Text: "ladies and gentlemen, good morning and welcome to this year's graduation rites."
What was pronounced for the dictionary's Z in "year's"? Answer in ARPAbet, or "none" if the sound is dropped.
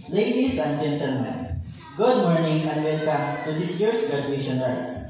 S